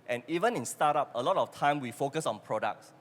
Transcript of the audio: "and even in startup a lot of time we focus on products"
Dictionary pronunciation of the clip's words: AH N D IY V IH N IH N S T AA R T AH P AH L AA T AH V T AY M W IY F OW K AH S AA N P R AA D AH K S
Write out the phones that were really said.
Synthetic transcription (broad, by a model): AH N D IY V IH N IH N S T AA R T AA P AH L AA T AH F T AY M W IY F OW K AH S AA N P R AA D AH K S